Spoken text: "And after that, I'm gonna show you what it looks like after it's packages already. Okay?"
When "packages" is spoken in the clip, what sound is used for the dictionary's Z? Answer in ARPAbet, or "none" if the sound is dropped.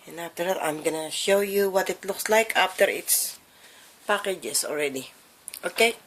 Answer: S